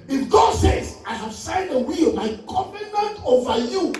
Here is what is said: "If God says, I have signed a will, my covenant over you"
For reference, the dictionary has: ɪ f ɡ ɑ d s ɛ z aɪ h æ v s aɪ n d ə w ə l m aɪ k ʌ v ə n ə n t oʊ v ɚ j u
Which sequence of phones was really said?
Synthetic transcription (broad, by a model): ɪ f ɡ ɑ d s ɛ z aɪ h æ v s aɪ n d ə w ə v m aɪ k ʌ p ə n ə n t oʊ v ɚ j u